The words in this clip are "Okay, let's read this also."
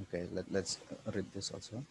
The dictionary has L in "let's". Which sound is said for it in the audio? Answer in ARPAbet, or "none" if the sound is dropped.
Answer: L